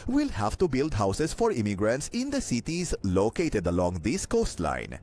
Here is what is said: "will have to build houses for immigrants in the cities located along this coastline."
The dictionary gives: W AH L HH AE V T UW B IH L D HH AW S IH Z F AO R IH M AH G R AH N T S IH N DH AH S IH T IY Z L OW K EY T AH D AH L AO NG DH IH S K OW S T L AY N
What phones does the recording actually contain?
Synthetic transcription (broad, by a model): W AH L HH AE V T UW B IH L D HH AW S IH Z F AO R IH M AH G R AH N T S IH N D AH S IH T IY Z L OW K EY T AH D AH L AO NG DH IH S K OW S T L AY N